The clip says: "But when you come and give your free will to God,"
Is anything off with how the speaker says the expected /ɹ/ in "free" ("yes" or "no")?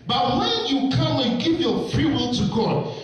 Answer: no